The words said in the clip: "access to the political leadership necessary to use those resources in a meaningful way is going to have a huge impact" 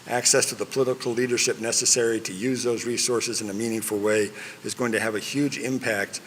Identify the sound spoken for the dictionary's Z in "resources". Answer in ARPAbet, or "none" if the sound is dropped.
Z